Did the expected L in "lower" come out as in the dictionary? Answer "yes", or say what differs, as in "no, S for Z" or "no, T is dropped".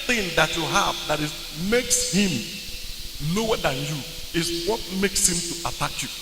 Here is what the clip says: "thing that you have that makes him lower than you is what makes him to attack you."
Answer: no, N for L